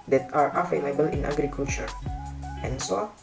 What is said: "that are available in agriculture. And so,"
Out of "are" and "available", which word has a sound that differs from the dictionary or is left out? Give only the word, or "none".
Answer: available